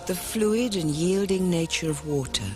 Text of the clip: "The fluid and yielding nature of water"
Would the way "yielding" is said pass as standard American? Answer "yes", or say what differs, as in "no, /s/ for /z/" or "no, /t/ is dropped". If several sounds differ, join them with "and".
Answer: yes